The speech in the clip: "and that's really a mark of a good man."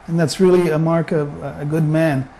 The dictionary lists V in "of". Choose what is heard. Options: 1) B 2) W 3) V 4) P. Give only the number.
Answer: 3